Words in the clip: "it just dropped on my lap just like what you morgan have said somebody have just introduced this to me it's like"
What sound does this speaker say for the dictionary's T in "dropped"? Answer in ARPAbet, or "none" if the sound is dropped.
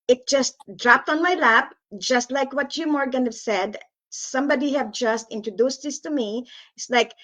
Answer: T